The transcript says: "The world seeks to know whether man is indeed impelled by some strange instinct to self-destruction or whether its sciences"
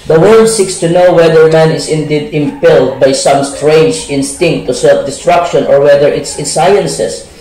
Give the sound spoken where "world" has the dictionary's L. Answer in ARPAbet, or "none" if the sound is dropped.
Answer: none